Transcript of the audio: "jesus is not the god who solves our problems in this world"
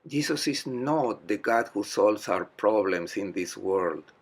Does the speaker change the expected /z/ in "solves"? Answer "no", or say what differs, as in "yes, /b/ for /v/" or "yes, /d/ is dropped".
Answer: yes, /s/ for /z/